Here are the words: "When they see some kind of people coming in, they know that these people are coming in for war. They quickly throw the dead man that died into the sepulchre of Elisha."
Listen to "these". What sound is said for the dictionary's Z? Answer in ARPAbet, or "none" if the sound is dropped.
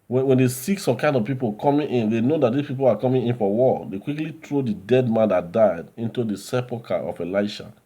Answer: S